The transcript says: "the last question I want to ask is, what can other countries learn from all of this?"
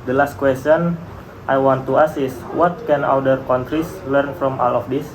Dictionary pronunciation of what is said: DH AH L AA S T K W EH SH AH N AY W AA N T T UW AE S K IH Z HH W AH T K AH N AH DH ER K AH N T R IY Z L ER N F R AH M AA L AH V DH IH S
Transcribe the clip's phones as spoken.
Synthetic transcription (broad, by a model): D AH L AA S T K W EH S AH N AY W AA N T T UW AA S IH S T W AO T K AH N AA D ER K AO N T R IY S L ER N F R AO M AA L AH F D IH S